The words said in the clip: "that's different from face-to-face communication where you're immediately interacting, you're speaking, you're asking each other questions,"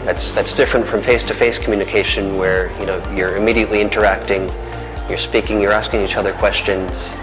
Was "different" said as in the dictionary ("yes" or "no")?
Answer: yes